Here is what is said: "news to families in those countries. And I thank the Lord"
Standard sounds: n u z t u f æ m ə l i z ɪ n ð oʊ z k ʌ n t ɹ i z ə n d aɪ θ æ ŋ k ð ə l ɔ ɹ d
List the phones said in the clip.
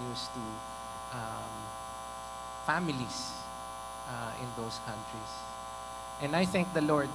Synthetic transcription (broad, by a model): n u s t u f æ m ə l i s ɪ n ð oʊ s k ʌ n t ɹ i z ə n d aɪ θ æ ŋ k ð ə l ɔ ɹ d